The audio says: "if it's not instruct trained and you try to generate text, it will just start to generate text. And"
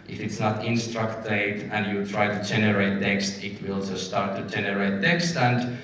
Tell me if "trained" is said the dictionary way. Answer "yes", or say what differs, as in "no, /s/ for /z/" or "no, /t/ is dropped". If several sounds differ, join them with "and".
no, /ɹ/ is dropped and /n/ is dropped